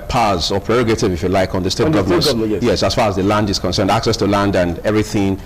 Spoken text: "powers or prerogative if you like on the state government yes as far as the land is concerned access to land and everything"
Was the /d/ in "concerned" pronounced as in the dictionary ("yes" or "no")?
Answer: yes